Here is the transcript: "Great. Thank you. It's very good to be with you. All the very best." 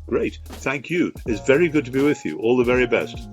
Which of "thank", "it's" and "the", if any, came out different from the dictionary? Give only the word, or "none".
none